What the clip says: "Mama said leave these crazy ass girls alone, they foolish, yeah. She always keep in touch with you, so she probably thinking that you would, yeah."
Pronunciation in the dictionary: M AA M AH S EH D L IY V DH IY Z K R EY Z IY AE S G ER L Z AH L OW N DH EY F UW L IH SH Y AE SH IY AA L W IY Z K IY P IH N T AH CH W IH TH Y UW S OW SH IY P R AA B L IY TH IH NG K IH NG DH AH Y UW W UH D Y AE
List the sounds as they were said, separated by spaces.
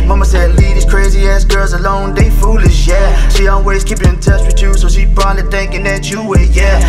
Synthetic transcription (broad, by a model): M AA M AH S EH D L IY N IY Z K R EY Z IY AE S G ER L Z AH L OW N DH EY F UW L IH SH Y AE SH IY AA L W IY Z K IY P IH N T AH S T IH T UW S OW SH IY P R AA L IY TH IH NG K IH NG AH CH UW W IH Y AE